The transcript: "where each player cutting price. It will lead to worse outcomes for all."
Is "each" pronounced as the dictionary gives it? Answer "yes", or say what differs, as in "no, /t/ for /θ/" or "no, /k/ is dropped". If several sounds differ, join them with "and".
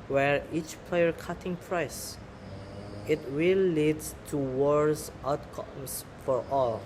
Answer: yes